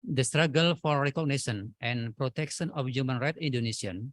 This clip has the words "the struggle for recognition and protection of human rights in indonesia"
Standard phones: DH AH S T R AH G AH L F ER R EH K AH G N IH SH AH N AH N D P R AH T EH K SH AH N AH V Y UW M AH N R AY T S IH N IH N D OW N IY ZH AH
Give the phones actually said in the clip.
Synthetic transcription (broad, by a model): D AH S T R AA G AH L F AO R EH K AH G N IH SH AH N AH N P R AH T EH K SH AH N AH F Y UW M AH N R AY T IH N N D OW N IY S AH